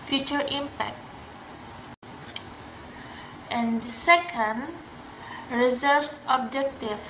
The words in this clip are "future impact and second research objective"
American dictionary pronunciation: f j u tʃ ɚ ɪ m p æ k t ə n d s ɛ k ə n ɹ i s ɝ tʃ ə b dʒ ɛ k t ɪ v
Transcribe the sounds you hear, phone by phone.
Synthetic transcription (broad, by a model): f j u tʃ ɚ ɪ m p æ k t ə n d s ɛ k ə n ɹ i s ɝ s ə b dʒ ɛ k t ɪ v